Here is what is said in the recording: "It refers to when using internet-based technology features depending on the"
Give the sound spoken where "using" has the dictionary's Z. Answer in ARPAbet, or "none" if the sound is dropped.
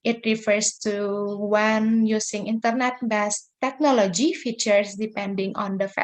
S